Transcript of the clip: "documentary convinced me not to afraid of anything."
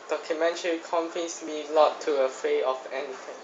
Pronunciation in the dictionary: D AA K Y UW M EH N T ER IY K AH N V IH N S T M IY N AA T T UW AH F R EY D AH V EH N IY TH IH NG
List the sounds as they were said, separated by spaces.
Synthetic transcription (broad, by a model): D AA K Y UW M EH N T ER IY K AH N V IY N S M IY L AA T T UW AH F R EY AH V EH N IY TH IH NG